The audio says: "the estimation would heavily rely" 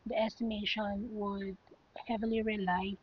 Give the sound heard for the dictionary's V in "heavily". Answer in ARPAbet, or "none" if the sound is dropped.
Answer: V